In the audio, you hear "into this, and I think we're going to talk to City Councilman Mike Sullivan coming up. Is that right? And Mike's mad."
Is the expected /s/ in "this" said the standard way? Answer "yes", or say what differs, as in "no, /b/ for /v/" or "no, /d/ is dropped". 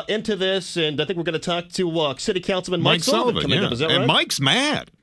yes